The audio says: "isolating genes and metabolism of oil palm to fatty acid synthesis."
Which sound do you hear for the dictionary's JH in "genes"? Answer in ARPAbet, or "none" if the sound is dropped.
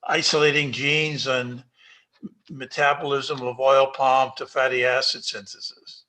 JH